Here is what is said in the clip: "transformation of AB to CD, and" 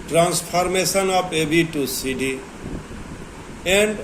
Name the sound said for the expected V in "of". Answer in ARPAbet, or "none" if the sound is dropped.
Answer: P